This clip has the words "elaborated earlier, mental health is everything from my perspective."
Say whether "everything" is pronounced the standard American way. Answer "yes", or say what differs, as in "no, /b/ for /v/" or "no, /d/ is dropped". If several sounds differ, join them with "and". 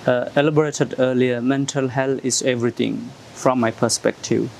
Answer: no, /t/ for /θ/